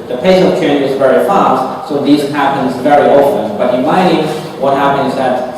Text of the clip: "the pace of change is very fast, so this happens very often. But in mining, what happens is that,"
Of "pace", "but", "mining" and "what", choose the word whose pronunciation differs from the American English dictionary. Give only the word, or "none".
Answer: mining